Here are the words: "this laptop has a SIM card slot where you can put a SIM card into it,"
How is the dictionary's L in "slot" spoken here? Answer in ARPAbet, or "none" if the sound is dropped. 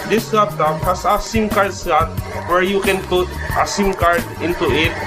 none